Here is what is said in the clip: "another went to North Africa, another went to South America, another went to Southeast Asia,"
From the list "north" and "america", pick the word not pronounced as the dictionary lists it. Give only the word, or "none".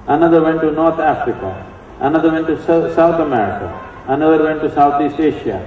north